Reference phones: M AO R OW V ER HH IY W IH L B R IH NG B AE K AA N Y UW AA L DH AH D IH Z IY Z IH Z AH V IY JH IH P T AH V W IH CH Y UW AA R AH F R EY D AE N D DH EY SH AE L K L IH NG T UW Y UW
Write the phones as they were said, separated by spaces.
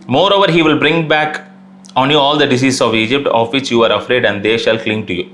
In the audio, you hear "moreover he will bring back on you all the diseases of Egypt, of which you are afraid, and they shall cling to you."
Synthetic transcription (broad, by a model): M AO R OW V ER HH IY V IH L B R IH NG B AE K AA N Y UW AA L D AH D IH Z IY S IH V IY JH IH P T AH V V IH CH Y UW AA R AH F R EY D AE N D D EY SH AE L K L IH NG T UW Y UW